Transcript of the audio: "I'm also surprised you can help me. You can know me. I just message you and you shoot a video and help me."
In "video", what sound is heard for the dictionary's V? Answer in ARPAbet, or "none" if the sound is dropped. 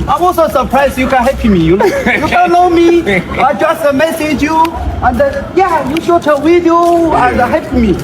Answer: W